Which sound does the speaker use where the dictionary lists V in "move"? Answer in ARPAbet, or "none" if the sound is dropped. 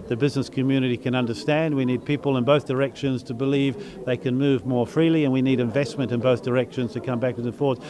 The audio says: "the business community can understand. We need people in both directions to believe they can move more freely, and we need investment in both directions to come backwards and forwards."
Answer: V